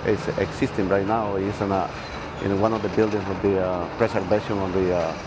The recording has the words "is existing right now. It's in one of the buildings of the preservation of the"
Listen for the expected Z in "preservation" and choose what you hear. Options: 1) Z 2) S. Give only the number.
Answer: 2